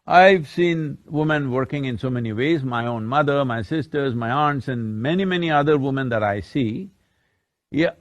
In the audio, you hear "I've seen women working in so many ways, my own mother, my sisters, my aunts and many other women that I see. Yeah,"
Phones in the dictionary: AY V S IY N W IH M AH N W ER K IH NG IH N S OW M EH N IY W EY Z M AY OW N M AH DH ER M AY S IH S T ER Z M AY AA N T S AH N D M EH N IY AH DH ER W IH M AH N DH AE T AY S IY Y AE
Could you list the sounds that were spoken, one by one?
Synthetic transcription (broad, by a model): AY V S IY N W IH M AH N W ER K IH NG IH N S OW M EH N IY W EY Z M AY OW N M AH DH ER M AY S IH S T ER Z M AY AA N T S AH N D M EH N IY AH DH ER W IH M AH N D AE T AY S IY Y